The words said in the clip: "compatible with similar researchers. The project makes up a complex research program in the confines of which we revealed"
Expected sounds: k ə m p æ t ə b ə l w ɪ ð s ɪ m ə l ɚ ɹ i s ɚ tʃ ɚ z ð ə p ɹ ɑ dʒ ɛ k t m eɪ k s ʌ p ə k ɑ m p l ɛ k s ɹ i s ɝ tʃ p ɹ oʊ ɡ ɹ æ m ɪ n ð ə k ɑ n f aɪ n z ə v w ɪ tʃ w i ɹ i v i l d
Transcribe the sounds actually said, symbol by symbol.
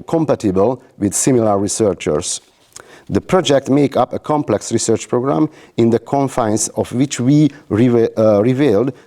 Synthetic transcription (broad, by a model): k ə m p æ t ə b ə l w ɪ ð s ɪ m ə l ɚ ɹ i s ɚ tʃ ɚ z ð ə p ɹ ɑ dʒ ɛ k t m eɪ k ʌ p ə k ɑ m p l ɛ k s ɹ i s ɝ tʃ p ɹ oʊ ɡ ɹ æ m ɪ n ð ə k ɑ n f aɪ n s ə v w ɪ tʃ w i ɹ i v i l d